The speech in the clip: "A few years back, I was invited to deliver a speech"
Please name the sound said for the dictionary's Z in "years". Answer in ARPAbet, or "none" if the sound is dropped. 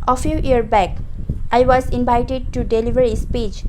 none